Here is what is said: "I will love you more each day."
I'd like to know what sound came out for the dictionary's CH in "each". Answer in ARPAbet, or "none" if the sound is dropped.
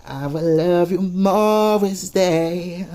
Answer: S